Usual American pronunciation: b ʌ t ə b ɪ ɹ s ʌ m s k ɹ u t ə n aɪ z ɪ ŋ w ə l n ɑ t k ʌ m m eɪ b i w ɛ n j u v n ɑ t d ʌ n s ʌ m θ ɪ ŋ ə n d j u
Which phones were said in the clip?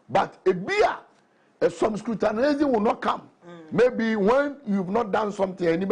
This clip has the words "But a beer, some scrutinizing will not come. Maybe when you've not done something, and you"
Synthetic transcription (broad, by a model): b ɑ t ə b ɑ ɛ s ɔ m s k ɹ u t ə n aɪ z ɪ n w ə n ɑ t k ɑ m m eɪ b i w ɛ n j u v n ɑ t d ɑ n s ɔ m t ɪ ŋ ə n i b